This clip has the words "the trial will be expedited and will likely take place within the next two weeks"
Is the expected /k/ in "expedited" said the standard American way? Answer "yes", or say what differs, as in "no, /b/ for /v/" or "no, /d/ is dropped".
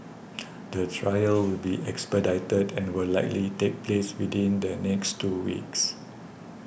yes